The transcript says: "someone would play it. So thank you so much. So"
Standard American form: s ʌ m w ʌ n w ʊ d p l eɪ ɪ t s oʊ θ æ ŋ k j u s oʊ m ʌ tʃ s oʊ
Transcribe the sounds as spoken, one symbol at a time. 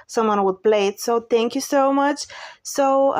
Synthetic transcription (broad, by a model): s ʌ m w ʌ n w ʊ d b l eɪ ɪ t s oʊ θ æ ŋ k j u s oʊ m ʌ tʃ s oʊ